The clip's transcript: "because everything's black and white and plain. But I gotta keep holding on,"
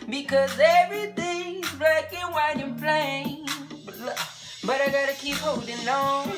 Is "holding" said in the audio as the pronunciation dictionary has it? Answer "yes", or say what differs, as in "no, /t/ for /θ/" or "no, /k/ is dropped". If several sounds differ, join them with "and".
no, /w/ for /l/